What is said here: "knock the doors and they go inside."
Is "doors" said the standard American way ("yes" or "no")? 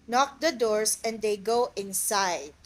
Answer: no